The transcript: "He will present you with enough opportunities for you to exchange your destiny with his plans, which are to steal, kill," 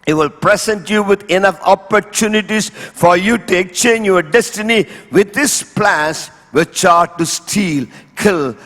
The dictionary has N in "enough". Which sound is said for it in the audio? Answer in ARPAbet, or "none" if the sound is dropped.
N